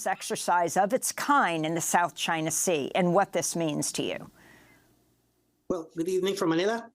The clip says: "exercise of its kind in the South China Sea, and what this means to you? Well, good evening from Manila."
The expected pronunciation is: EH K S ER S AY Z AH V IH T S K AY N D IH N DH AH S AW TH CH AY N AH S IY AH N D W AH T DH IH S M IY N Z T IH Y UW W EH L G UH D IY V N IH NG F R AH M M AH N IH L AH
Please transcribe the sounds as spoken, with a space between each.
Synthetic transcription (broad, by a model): EH K S ER S AY Z AH V IH T S K AY N IH N DH AH S AW TH CH AY N AH S IY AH N W AH T DH IH S M IY N Z T IH Y UW W EH L G UH D IY V N IH NG F R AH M M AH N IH L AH